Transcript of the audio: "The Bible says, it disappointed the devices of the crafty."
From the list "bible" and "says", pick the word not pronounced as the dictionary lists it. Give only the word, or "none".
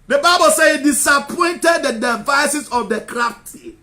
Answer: says